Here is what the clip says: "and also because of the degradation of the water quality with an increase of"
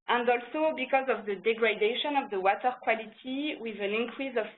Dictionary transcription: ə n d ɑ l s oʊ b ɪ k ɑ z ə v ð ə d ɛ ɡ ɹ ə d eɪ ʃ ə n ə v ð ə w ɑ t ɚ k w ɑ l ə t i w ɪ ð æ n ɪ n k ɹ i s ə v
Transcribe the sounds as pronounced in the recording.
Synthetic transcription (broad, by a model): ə n d ɑ l s oʊ b ɪ k ɑ z ə v ð ə d ɛ ɡ ɹ ə d eɪ ʃ ə n ə v ð ə w ɑ t ɚ k w ɑ l ə t i w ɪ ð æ n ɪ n k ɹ i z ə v